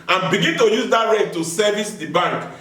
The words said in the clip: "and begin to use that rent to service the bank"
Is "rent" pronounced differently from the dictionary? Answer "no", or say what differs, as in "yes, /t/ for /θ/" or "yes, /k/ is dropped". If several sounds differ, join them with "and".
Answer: yes, /n/ is dropped